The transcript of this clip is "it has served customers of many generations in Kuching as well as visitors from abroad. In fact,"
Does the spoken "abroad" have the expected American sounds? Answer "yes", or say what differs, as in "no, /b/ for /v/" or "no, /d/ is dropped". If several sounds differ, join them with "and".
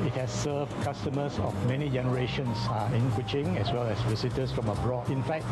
yes